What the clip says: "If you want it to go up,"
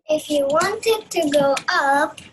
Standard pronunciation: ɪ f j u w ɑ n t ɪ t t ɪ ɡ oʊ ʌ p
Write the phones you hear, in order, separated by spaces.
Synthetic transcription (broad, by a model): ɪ f j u w ɑ n t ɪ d t ɪ ɡ oʊ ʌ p